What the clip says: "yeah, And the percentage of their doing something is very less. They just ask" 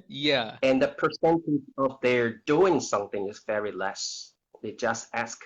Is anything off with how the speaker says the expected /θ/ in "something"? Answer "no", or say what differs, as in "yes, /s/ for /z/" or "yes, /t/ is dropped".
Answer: no